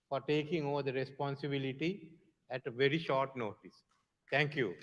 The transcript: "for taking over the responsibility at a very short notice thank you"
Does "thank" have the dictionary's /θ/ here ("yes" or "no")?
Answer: no